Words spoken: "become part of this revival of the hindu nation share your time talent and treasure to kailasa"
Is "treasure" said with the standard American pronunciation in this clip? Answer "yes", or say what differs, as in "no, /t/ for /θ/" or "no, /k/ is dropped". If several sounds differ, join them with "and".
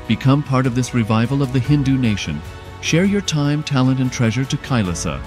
yes